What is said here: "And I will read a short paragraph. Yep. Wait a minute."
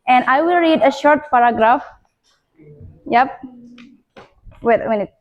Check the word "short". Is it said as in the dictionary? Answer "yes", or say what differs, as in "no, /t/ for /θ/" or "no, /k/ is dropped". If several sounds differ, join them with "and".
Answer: yes